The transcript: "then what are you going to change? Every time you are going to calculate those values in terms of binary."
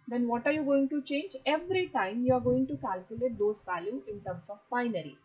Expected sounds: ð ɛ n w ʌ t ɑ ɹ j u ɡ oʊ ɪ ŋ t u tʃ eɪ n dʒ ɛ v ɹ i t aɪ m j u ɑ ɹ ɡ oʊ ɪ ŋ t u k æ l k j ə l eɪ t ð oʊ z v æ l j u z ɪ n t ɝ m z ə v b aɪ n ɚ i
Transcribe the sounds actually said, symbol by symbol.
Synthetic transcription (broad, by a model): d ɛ n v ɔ t ɑ ɹ j u ɡ oʊ ɪ ŋ t u tʃ eɪ n dʒ ɛ v ɹ i t aɪ m j u ɑ ɹ ɡ oʊ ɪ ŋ t u k æ l k j ə l eɪ t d oʊ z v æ l j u ɪ n t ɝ m s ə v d aɪ n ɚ i